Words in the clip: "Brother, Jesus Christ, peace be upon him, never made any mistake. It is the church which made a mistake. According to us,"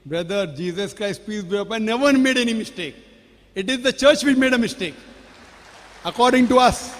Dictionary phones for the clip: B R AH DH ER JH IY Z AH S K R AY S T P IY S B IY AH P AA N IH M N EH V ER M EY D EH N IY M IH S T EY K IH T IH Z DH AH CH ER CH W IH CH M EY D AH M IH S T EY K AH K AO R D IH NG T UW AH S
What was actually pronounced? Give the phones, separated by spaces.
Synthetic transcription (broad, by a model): B R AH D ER JH IY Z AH S K R AY S T P IY S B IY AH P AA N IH N EH V ER M EY D EH N IY M IH S T EY K IH T IH Z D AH CH ER CH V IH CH M EY D AH M IH S T EY K AH K AO R D IH NG T UW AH S